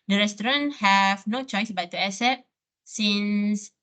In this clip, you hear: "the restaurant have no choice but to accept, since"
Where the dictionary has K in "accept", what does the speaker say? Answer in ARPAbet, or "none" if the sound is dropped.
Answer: none